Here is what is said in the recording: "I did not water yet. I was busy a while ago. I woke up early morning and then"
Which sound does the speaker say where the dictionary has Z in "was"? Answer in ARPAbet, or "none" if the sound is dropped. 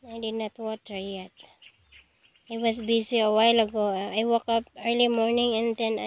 S